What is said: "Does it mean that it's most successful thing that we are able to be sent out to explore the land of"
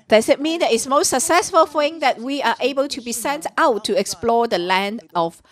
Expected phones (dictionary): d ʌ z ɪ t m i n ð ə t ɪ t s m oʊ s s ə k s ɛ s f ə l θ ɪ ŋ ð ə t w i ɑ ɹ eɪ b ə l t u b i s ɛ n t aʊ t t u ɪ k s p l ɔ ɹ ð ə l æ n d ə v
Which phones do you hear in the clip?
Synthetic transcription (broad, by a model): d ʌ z ɪ t m i n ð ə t ɪ t s m oʊ s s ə k s ɛ s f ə l f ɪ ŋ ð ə t w i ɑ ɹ eɪ b ə l t u b i s ɛ n t aʊ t t u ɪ k s p l ɔ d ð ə l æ n d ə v